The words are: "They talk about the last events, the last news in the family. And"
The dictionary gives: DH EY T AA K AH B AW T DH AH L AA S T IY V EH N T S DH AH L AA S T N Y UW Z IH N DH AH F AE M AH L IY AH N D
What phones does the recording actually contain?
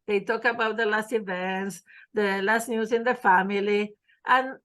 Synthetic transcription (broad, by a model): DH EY T AA K AH B AW T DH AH L AA S T IY V EH N T S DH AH L AA S T N Y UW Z IH N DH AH F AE M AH L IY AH N